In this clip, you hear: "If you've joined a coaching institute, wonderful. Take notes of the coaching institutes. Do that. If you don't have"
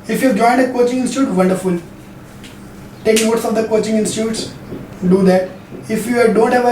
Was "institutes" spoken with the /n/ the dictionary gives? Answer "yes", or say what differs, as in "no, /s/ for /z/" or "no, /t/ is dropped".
yes